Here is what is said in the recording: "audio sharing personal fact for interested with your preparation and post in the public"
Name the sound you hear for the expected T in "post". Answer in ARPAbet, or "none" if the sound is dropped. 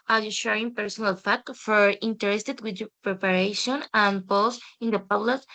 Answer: none